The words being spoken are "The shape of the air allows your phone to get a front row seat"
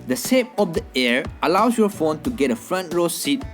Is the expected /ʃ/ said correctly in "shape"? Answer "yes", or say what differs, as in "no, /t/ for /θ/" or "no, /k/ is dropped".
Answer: no, /s/ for /ʃ/